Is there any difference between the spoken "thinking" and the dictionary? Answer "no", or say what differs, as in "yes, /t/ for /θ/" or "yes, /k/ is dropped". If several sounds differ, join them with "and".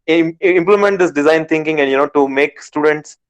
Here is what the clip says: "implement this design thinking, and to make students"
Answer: yes, /t/ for /θ/